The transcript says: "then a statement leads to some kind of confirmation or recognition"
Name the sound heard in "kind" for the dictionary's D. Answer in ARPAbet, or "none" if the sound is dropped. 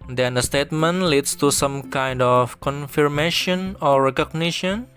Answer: D